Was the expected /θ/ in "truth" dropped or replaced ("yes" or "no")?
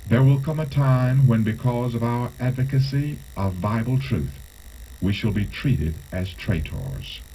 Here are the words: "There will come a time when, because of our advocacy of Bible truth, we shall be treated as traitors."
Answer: no